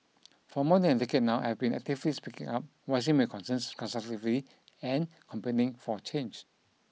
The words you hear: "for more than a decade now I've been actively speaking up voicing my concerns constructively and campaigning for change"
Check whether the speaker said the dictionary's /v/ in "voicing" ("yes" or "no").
no